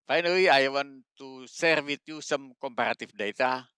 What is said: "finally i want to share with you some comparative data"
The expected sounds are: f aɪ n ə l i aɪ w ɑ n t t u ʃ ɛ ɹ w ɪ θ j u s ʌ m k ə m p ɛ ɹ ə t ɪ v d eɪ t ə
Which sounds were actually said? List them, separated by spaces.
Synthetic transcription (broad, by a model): f aɪ n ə l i aɪ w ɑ n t t u s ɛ ɹ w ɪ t j u s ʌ m k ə m p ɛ ɹ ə t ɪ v d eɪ t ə